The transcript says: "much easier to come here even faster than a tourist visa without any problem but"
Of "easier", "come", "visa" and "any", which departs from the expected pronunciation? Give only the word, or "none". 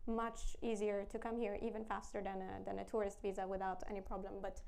none